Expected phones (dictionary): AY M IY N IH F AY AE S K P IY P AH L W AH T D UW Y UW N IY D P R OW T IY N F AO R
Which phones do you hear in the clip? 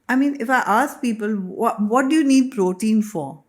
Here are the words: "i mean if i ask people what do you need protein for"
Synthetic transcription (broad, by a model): AY M IY N IH F AY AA S K P IY P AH L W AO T D UW Y UW N IY D P R OW T IY N F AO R